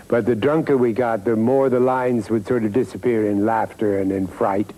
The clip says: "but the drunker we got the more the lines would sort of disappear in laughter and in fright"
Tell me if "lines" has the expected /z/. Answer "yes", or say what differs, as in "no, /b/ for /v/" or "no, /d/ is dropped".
yes